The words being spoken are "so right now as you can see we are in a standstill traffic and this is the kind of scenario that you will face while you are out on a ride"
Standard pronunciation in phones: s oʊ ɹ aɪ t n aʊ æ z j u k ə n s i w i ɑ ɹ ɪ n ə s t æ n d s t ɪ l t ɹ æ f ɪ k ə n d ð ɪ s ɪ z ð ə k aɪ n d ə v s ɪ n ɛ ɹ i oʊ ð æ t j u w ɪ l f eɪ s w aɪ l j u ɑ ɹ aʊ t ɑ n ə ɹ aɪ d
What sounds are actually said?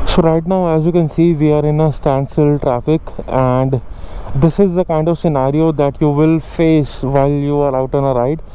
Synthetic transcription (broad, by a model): s oʊ ɹ aɪ t n aʊ æ z j u k ə n s i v i ɑ ɹ ɪ n ə s t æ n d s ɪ l t ɹ æ f ɪ k ə n d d ɪ s ɪ z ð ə k aɪ n d ə v s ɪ n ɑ ɹ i oʊ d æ t j u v ɪ l f eɪ s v aɪ l j u ɑ ɹ aʊ t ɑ n ə ɹ aɪ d